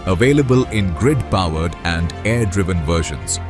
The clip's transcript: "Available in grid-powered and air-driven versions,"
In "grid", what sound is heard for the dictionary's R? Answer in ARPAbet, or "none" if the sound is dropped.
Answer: R